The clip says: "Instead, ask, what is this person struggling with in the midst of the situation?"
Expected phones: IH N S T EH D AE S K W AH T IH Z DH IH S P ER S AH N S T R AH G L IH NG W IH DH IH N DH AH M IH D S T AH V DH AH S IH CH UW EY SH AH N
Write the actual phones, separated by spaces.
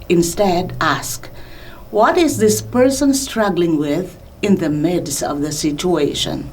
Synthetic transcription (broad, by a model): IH N S T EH D AE S K W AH T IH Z DH IH S P ER S AH N S T R AH G L IH NG W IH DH IH N DH AH M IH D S AH V DH AH S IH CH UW EY SH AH N